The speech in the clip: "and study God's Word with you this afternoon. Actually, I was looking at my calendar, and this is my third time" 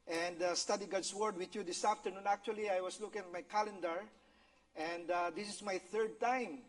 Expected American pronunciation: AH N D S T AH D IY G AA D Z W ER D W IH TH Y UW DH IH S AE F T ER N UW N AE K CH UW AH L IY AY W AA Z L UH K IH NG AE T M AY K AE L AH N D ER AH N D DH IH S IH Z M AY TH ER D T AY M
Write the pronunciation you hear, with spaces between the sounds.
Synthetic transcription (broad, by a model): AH N D S T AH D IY G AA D S W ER D W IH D Y UW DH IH S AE F T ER N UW N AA K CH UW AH L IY AY W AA S L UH K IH NG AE T M AY K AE L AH N D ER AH N D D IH S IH S M AY TH ER D T AY M